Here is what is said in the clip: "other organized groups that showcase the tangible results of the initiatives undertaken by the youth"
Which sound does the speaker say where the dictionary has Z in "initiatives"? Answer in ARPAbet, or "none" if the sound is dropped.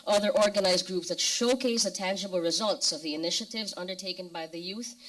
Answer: Z